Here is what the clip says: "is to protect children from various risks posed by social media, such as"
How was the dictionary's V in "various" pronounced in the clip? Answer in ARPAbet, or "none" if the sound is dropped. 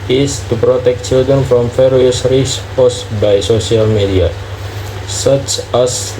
F